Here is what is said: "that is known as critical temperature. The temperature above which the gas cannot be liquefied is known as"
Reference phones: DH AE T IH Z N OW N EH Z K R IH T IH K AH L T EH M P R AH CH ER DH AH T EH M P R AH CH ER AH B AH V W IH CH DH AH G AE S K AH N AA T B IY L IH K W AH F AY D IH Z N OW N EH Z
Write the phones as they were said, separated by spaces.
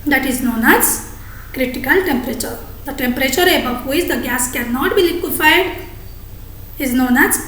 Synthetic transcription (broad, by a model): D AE T IH Z N OW N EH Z K R IH T IH K AH L T EH M P R AH CH ER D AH T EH M P R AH CH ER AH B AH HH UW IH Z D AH G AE S K AH N AA T B IY L IH K W AH F AY D IH Z N OW N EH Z